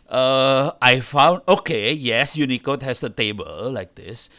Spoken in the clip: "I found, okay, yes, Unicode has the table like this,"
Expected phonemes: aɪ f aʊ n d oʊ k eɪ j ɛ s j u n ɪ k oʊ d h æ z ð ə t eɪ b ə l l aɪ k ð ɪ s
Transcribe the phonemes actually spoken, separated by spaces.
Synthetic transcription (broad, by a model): aɪ f aʊ n d oʊ k eɪ j ɛ s j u n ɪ k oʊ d h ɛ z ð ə t eɪ b ə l l aɪ k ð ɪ s